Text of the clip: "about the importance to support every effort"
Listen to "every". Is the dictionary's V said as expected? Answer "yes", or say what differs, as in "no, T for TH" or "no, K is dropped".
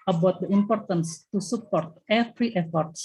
no, F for V